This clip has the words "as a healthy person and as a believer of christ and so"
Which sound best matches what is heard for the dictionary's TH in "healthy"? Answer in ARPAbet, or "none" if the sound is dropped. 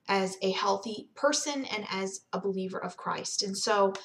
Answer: TH